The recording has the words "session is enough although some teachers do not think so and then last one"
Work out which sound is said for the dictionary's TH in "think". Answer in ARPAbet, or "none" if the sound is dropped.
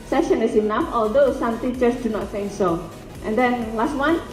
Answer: S